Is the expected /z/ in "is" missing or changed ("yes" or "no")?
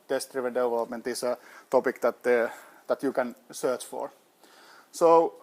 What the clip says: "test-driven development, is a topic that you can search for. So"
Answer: yes